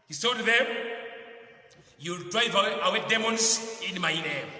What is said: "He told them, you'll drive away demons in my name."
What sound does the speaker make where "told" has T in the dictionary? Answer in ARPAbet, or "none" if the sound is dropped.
S